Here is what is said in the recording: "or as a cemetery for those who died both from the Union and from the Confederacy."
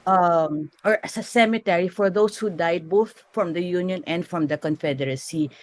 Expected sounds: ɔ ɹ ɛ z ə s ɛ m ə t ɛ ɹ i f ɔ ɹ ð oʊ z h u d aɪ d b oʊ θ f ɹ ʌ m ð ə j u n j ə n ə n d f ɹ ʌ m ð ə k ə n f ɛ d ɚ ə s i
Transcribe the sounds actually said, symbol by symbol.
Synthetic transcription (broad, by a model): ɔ ɹ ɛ s ə s ɛ m ə t ɛ ɹ i f ɔ ɹ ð oʊ s h u d aɪ d b oʊ θ f ɹ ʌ m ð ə j u n j ə n ə n d f ɹ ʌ m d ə k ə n f ɛ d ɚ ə s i